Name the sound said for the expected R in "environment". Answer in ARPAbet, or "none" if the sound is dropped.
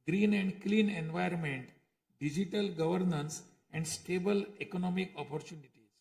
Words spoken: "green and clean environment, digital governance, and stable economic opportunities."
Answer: none